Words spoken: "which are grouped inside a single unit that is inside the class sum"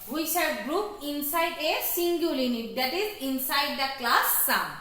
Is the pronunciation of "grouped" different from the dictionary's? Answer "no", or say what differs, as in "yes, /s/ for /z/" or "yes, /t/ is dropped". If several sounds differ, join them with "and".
yes, /t/ is dropped